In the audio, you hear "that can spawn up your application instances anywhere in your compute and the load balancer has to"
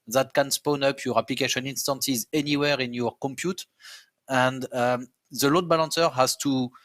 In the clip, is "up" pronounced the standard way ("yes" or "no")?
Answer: yes